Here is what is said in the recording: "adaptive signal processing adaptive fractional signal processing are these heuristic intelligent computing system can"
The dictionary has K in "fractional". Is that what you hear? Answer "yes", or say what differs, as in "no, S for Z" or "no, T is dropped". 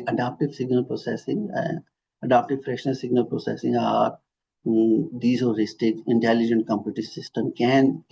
no, K is dropped